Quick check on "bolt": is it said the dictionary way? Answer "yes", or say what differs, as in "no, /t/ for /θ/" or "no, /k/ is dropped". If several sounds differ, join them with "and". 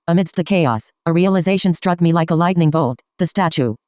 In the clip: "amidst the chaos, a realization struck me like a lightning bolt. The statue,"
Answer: yes